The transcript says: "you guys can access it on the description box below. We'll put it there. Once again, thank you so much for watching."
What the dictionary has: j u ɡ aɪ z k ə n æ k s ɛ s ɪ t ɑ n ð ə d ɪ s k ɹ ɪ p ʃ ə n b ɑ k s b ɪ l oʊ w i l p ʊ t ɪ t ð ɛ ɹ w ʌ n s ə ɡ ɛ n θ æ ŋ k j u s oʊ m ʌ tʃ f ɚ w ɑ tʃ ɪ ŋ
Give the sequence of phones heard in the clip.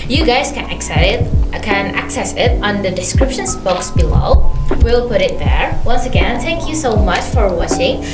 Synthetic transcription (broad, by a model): j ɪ ɡ aɪ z k ə n æ k s ɛ s ɪ t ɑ n ð ə d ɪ s k ɹ ɪ p ʃ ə n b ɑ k s b ɪ l oʊ w i l p ʊ t ɪ t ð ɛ ɹ w ʌ n s ə ɡ ɛ n θ æ ŋ k j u s oʊ m ʌ tʃ f ɚ w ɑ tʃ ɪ ŋ